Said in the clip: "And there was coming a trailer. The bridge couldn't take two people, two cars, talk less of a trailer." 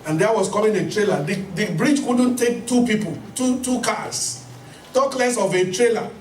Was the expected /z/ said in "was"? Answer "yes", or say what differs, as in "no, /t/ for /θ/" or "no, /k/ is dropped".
no, /s/ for /z/